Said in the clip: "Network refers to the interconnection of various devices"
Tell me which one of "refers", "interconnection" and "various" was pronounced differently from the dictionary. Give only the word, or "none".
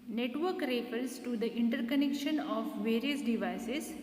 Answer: refers